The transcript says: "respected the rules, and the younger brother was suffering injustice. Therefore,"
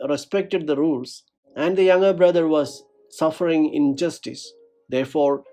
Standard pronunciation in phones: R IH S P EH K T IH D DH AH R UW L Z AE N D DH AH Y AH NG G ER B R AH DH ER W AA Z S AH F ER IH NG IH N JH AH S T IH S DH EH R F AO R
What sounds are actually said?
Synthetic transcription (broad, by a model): R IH S P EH K T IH D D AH R UW L S AE N D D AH Y AH NG G ER B R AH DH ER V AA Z S AH F ER IH NG IH N JH AH S T IH S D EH R F AO R